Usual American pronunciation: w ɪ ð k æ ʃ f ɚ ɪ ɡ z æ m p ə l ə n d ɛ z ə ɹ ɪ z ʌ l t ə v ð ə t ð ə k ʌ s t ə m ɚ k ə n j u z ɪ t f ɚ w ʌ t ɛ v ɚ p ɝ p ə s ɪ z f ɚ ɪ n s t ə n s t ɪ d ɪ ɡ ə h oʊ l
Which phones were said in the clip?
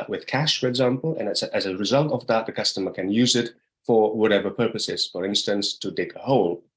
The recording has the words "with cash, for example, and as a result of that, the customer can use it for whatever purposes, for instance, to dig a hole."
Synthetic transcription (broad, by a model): w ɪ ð k æ ʃ f ɚ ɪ ɡ z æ m p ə n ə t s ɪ z ə ɹ ɪ z ʌ l t ə v ð ə t ð ə k ʌ s t ə m ɚ k ə n j u z ɪ t f ɚ w ʌ t ɛ v ɚ p ɝ p ə s ɪ z f ɚ ɪ n s t ə n s t ɪ d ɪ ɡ ə h oʊ l